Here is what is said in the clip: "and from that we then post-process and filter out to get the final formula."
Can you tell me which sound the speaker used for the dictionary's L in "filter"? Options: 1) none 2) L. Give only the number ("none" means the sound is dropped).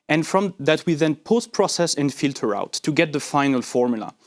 2